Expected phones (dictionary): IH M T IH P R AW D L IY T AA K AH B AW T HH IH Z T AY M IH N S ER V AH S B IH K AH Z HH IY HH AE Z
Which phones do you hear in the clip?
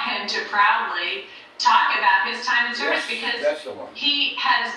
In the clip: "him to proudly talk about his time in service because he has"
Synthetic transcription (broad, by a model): IH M T IH P R AW D L IY T AA K AH B AW T HH IH Z T AY M IH N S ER AH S B IH K AH Z HH IY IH Z